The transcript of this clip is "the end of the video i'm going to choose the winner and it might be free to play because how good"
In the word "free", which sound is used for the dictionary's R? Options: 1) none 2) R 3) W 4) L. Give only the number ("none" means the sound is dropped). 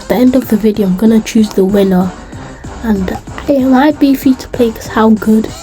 1